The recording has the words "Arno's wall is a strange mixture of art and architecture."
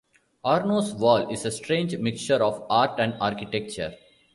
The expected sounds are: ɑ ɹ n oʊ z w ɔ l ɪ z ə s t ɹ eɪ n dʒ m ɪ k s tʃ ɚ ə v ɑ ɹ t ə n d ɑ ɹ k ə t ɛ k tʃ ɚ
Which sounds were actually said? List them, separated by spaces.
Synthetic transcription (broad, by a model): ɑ ɹ n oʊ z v ɔ l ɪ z ə s t ɹ eɪ n dʒ m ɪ k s tʃ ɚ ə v ɑ ɹ t ə n d ɑ ɹ k ə t ɛ k tʃ ɚ